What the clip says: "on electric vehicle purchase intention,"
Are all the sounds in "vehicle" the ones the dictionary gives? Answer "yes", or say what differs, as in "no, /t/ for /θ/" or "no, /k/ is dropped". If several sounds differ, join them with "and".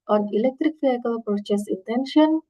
no, /f/ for /v/